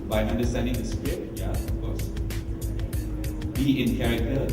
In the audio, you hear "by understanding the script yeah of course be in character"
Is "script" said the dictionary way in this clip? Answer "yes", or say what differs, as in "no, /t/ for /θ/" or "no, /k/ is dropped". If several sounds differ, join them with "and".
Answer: no, /p/ is dropped